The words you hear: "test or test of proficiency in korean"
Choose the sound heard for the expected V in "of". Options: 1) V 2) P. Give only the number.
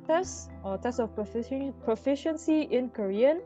2